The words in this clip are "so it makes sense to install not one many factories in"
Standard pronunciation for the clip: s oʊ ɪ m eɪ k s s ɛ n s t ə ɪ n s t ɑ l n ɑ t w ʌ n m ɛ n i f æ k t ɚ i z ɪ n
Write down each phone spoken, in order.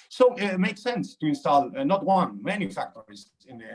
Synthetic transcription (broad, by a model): s oʊ ɪ m eɪ k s s ɛ n s t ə ɪ n s t ɑ l n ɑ t w ʌ n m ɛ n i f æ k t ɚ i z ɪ n